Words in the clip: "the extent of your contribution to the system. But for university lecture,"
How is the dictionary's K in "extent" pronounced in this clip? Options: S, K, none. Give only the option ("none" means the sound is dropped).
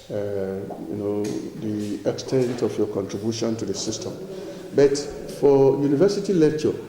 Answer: K